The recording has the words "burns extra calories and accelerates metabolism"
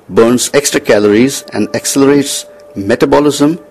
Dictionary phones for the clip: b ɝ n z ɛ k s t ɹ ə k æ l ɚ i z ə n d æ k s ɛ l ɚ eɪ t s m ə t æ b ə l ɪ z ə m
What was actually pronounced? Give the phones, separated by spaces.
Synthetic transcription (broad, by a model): b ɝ n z ɛ k s t ɹ ə k æ l ɚ i z ə n d æ k s ɛ l ɚ eɪ t s m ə t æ b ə l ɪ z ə m